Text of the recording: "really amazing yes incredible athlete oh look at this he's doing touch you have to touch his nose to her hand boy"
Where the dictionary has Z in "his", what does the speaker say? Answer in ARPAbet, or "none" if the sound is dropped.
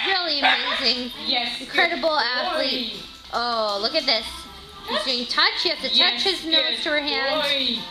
Z